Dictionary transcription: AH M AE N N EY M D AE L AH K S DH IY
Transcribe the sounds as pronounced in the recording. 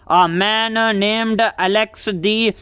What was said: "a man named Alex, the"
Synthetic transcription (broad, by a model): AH M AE N N EY M D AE L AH K S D IY